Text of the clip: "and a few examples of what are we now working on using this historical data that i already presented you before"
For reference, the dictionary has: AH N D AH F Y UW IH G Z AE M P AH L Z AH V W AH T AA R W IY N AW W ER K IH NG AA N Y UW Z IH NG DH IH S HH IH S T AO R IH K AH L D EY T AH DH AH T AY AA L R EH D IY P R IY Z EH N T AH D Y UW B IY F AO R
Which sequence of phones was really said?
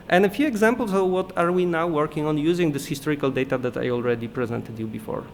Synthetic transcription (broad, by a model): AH N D AH F Y UW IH G Z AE M P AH L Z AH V W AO T AA R W IY N AW W ER K IH NG AA N Y UW Z IH NG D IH S HH IH S T AO R IH K AH L D EY T AH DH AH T AY AA L R EH D IY P R IY Z EH N T AH D Y UW B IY F AO R